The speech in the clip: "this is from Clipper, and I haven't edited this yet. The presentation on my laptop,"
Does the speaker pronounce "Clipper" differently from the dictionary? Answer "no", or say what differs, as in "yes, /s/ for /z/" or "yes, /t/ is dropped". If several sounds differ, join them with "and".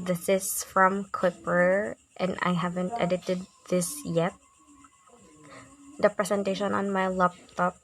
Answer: yes, /w/ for /l/